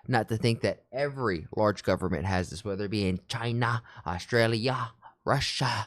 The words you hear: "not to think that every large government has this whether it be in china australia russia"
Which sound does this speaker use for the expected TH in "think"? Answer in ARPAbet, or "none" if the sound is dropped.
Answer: TH